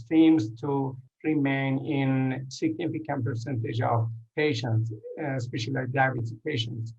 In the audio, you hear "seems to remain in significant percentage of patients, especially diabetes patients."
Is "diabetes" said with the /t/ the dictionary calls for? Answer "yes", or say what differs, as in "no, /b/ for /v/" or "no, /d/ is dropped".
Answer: no, /s/ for /t/